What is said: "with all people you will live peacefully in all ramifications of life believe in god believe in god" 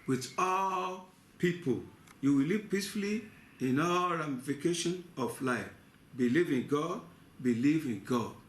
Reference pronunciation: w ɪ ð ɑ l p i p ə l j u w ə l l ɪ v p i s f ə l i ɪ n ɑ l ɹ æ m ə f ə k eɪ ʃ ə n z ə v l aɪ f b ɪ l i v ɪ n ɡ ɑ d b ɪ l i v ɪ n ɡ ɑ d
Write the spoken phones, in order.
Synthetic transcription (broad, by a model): w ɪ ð ɑ l p i p ə l j u w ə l l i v p i s f ə l i ɪ n ɑ l ɹ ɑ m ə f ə k eɪ ʃ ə n ə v l aɪ f b ɪ l i v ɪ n ɡ ɑ d b ɪ l i v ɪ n ɡ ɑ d